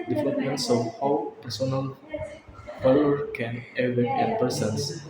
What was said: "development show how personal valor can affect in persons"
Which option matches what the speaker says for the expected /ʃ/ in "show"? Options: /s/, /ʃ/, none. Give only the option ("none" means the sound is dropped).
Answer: /s/